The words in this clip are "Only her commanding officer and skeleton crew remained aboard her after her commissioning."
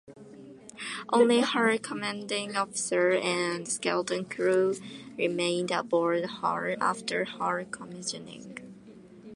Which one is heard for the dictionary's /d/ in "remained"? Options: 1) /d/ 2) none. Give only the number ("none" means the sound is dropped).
1